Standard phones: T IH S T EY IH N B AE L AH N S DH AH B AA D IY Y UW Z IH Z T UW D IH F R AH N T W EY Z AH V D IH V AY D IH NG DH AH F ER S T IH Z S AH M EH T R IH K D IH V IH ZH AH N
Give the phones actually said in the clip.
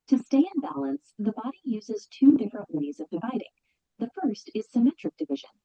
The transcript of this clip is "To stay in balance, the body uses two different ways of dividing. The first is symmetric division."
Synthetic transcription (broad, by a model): T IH S T EY IH N B AE L AH N S DH AH B AA D IY Y UW Z IH Z T UW D IH F R AH N T W EY Z AH V D IH V AY D IH NG DH AH F ER S T IH Z S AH M EH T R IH K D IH V IH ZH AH N